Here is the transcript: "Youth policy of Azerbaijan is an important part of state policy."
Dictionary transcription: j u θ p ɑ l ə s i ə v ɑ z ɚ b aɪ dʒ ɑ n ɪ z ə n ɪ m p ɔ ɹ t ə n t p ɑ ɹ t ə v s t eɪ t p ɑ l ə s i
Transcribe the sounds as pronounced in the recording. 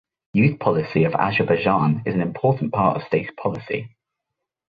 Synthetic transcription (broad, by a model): j u θ p ɑ l ə s i ə v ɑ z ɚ b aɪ dʒ ɑ n ɪ z ə n ɪ m p ɔ t n p ɑ t ə v s t eɪ t p ɑ l ə s i